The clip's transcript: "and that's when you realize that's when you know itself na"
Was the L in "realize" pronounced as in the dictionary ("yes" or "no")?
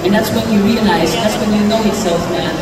no